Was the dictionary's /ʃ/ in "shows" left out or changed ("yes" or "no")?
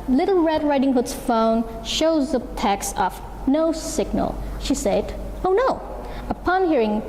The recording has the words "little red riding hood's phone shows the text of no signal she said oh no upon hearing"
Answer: no